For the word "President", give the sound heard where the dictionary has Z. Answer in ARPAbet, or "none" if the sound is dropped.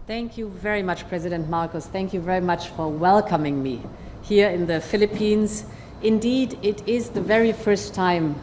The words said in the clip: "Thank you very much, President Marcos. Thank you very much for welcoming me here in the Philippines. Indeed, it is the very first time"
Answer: Z